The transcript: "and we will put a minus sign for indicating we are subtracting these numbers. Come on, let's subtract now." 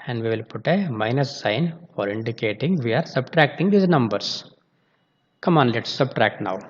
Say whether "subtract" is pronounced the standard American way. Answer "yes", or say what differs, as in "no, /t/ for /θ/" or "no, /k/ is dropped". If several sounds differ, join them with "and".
yes